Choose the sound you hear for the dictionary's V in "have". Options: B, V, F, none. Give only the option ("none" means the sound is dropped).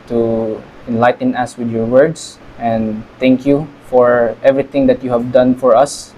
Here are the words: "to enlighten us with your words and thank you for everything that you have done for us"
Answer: V